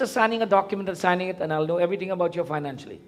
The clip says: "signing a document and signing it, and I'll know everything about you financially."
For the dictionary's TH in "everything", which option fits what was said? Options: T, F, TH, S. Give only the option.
T